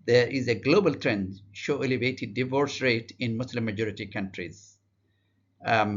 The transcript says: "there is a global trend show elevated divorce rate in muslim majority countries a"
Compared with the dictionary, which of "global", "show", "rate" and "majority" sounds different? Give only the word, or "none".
none